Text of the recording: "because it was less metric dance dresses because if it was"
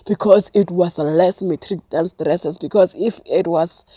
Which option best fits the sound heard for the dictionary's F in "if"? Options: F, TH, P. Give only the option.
F